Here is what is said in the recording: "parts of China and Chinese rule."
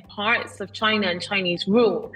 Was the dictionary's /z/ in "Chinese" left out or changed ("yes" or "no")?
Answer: no